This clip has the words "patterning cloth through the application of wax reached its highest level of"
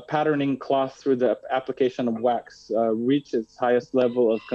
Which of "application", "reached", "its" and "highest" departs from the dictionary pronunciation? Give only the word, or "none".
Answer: reached